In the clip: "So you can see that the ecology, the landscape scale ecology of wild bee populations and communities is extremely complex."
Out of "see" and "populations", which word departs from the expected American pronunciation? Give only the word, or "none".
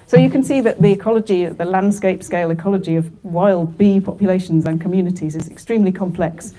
none